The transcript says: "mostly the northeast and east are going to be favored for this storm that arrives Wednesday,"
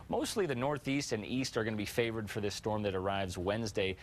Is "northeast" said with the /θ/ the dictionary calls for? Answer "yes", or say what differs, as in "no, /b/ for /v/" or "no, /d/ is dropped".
yes